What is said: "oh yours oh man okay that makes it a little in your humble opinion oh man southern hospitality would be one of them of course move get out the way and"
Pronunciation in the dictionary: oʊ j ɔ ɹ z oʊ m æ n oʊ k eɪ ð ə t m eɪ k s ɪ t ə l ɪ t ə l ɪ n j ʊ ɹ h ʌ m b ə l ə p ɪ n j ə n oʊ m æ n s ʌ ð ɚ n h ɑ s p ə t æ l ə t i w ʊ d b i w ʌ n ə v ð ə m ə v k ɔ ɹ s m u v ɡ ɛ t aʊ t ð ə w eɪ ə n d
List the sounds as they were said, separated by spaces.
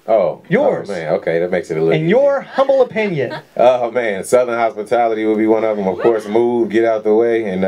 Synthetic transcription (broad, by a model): oʊ j ɔ ɹ z m æ n oʊ k eɪ ð ə t m eɪ k s ɪ t ə l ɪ ɪ n j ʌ ɹ h ʌ m b l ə p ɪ n j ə n oʊ m æ n s ʌ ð ɚ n h ɑ s p ə t æ l ə t i w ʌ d b i w ʌ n ə v ð ə m ə v k ɔ ɹ s m u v ɡ ɛ t aʊ t ð ə w eɪ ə n